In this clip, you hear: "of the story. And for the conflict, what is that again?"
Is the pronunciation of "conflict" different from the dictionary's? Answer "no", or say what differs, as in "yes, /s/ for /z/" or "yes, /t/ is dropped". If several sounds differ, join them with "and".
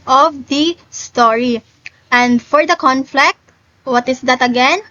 no